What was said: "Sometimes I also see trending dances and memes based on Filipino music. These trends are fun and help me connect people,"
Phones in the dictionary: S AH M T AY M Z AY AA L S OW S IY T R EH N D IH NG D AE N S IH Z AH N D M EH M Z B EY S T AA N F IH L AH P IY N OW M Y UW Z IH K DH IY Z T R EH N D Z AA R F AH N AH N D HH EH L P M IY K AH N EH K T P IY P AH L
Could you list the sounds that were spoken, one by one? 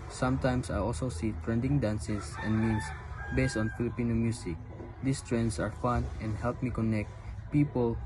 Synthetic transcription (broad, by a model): S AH M T AY M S AY AA L S OW S IY T R EH N D IH NG D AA N S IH S AH N D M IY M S B EY S T AA N F IH L AH P IY N OW M Y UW S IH K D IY S T R EH N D S AA R F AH N AH N D HH EH L P M IY K AH N EH K T P IY P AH L